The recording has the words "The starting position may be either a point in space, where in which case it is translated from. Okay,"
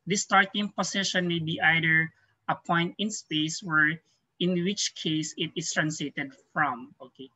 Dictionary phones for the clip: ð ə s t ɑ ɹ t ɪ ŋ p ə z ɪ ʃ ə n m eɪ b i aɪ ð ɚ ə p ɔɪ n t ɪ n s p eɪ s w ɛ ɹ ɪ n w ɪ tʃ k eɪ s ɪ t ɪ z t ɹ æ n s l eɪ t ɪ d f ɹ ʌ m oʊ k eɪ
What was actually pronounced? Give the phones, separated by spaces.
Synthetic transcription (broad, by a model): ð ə s t ɑ ɹ t ɪ ŋ p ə s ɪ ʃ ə n m eɪ b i aɪ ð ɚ ə p ɔɪ n t ɪ n s p eɪ s w ɛ ɹ ɪ n w ɪ tʃ k eɪ s ɪ t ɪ s t ɹ æ n s l eɪ t ɪ d f ɹ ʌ m oʊ k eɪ